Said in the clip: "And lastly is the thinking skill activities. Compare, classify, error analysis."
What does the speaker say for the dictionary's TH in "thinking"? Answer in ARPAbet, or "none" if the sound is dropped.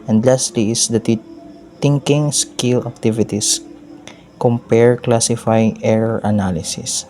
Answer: T